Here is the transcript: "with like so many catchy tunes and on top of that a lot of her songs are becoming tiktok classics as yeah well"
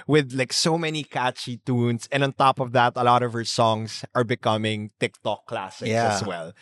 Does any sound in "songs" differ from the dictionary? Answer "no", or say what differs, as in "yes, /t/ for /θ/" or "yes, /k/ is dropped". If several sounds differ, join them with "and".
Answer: yes, /s/ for /z/